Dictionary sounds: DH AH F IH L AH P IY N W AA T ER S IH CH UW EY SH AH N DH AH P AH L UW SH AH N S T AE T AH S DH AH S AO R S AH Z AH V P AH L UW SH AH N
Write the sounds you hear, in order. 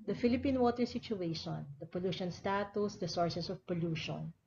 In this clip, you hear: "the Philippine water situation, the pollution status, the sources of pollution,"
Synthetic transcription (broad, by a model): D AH F IH L AH P IY N W AA T ER S IH CH UW EY SH AH N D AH P AH L UW SH AH N S T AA T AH S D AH S AO R S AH S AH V P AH L UW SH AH N